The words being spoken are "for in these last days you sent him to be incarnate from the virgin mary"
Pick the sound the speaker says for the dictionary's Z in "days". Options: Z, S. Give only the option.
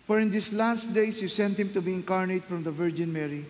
S